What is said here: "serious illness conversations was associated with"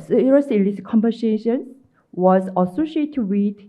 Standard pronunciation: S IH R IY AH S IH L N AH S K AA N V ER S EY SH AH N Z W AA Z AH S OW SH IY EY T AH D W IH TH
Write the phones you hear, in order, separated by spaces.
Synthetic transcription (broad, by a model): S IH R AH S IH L AH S K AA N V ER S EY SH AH N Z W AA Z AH S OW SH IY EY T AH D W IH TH